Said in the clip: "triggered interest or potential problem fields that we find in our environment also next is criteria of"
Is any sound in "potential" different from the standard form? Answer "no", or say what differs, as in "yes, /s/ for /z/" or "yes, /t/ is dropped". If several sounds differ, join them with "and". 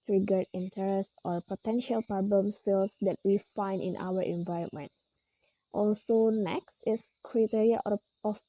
no